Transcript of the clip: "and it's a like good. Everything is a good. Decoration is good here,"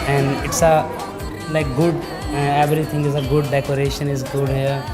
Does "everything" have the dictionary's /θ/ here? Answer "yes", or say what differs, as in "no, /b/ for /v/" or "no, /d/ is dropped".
no, /t/ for /θ/